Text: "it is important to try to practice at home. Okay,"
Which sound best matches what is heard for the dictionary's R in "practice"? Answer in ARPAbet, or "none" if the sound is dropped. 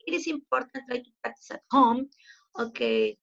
none